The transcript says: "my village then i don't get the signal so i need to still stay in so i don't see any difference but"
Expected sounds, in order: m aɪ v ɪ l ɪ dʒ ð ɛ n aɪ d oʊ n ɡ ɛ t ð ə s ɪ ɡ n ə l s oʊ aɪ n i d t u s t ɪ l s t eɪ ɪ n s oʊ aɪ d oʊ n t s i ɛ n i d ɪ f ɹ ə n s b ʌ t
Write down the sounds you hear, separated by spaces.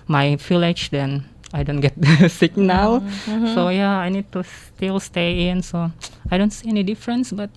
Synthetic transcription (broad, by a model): m aɪ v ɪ l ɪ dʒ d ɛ n aɪ d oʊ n ɡ ɛ t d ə s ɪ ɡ n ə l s oʊ aɪ n i d t u s t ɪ l s t eɪ ɪ n s oʊ aɪ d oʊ n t s i ɛ n i d ɪ f ɹ ə n s b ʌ t